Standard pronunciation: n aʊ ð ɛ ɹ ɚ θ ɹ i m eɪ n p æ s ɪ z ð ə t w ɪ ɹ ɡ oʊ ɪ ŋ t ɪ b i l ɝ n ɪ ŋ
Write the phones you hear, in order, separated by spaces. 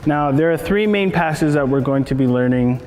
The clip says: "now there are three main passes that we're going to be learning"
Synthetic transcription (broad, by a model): n aʊ ð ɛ ɹ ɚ θ ɹ i m eɪ n p æ s ɪ z ð ə t w ɪ ɹ ɡ oʊ ɪ ŋ t ɪ b i l ɝ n ɪ ŋ